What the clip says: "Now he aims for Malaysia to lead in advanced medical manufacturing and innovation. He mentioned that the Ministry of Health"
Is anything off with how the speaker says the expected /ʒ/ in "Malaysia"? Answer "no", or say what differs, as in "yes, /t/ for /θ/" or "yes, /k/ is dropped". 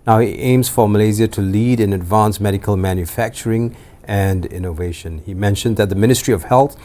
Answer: yes, /z/ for /ʒ/